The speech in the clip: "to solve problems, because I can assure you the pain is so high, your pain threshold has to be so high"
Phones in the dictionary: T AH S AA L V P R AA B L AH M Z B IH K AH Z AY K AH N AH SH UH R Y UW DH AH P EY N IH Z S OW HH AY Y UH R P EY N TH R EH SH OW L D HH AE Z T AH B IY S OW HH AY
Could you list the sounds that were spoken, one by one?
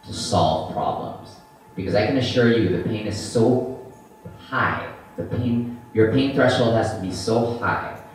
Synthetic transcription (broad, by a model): T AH S AA L V P R AA B L AH M Z B IH K AH Z AY K AH N AH SH UH R Y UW DH AH P EY N IH Z S OW HH AY Y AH R P EY N TH R EH SH OW L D HH AE Z T AH B IY S OW HH AY